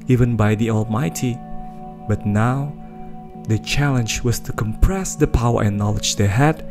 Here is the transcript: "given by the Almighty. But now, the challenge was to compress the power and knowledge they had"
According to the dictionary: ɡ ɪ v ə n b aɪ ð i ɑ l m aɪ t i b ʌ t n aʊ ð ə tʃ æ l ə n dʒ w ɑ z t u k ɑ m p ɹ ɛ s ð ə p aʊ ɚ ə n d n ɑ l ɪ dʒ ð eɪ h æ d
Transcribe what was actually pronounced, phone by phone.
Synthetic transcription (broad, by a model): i v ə n b aɪ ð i ɑ l m aɪ t i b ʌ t n aʊ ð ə tʃ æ l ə n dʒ w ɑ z t u k ɑ m p ɹ ɛ s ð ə p aʊ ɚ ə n n ɑ l ɪ dʒ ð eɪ h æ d